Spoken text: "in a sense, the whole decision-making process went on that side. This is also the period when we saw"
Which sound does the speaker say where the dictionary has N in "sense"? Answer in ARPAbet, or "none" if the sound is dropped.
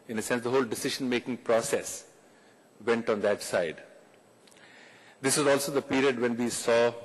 N